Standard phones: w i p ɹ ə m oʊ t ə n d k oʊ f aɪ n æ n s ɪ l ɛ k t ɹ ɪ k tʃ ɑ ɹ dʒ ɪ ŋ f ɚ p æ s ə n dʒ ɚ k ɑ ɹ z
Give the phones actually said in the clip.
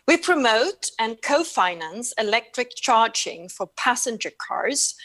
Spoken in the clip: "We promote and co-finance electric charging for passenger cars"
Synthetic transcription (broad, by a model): w i p ɹ ə m oʊ t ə n k oʊ f aɪ n æ n s ɪ l ɛ k t ɹ ɪ k tʃ ɑ ɹ dʒ ɪ ŋ f ɚ p æ s ə n dʒ ɚ k ɑ ɹ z